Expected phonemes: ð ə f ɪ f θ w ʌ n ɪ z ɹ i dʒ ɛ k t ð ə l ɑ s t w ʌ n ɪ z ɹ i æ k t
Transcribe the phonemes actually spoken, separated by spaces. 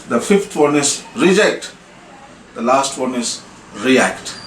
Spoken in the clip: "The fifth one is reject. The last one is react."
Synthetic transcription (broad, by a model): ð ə f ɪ f t w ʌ n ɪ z ɹ i dʒ ɛ k t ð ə l ɑ s t w ʌ n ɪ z ɹ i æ k t